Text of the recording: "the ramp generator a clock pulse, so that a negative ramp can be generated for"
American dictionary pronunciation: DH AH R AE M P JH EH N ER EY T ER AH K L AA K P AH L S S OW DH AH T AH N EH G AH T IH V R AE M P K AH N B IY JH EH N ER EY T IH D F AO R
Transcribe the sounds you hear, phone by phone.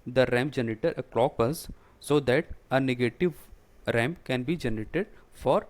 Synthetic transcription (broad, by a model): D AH R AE M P JH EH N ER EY T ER AH K L AA K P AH S S OW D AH T AH N EH G AH T IH V R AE M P K AH N B IY JH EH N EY T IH D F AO R